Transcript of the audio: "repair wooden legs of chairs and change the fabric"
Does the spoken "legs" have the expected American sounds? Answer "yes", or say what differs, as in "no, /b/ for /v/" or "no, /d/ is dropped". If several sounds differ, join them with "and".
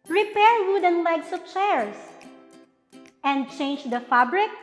no, /s/ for /z/